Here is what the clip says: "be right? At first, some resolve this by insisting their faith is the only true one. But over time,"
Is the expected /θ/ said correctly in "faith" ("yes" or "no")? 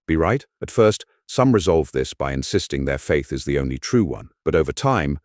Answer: yes